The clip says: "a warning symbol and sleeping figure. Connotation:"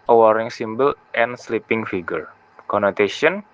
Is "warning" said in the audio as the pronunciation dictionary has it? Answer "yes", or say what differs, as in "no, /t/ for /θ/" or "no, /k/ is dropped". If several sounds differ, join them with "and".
no, /n/ is dropped